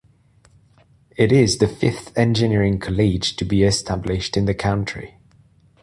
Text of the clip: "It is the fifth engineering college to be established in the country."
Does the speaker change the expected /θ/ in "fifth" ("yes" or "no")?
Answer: no